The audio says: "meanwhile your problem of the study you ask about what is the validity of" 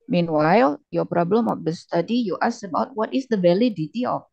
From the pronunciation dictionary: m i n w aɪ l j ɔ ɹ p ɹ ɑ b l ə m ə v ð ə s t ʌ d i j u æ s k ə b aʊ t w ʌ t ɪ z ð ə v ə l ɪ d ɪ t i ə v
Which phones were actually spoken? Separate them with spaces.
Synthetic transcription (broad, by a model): m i n w aɪ l j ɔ p ɹ ɑ b l ə m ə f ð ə s t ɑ d i j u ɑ s ə b aʊ t w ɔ t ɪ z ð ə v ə l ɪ d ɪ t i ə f